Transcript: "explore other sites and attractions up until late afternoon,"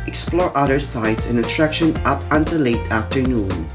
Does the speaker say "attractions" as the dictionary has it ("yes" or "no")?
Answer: no